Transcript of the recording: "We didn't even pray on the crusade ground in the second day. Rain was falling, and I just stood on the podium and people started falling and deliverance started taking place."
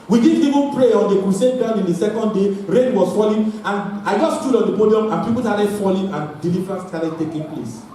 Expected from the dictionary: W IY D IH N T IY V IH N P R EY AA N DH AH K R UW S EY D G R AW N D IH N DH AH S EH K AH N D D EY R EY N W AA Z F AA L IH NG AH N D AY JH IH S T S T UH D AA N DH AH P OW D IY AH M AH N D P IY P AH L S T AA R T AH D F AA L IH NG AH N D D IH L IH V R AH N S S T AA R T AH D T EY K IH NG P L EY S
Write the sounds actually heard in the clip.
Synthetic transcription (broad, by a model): W IY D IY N IY V IH N P R EY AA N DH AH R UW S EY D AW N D IH N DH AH S EH K AH N D D EY R EY N W AA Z F AA L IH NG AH N AY JH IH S S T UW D AA N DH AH P OW D IY AH M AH N P IY P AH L S T AA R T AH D F AA L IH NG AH N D D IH L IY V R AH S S T AA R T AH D T EY K IH NG P L EY S